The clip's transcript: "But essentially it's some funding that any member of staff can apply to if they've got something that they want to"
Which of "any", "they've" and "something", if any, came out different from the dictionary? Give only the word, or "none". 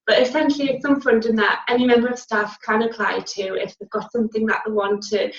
none